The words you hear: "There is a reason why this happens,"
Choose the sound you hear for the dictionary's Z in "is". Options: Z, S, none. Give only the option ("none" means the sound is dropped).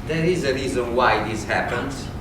Z